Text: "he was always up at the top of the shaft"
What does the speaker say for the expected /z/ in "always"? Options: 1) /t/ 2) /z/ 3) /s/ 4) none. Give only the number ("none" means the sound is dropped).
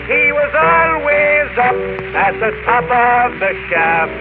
2